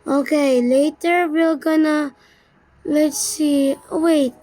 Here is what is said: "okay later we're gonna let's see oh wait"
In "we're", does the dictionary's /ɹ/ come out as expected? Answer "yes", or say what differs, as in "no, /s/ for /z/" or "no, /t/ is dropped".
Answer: no, /l/ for /ɹ/